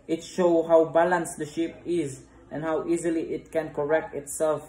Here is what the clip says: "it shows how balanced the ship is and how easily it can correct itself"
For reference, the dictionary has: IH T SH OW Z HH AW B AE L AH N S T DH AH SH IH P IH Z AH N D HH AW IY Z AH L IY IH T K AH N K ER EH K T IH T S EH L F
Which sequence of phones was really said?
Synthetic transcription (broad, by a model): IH T SH OW HH AW B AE L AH N S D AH SH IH P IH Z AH N HH AW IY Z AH L IY IH T K AH N K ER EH K T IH T S EH L F